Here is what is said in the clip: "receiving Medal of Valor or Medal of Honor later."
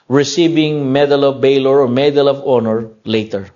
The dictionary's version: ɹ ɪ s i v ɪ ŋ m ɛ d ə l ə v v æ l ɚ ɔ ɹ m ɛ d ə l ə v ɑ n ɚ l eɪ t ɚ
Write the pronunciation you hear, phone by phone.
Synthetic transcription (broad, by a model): ɹ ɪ s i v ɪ ŋ m ɛ d ə l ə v b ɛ l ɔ ɹ m ɛ d ə l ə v ɑ n ɚ l eɪ t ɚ